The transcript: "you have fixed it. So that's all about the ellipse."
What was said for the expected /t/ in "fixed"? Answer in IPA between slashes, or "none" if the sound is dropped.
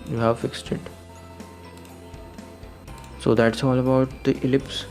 /t/